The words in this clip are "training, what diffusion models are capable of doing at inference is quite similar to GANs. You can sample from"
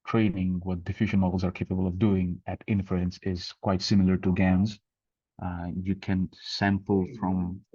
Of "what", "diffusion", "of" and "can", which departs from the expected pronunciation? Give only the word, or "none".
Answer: none